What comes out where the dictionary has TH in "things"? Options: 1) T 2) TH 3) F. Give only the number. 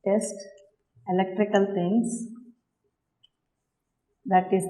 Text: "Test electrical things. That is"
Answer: 1